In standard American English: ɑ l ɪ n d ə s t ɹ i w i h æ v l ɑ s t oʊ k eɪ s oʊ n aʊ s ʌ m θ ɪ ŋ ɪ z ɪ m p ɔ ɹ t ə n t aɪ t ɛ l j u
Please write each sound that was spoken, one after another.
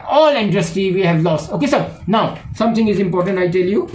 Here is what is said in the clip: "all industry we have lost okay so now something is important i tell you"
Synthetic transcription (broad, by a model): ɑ l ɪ n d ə s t i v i h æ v l ɑ s t oʊ k eɪ s oʊ n aʊ s ʌ m t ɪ ŋ ɪ z ɪ m p ɔ ɹ t ə n t aɪ t ɛ l j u